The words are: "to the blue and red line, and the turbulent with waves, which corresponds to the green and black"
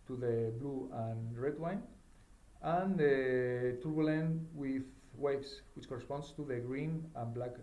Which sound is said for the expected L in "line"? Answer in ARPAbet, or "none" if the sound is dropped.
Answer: W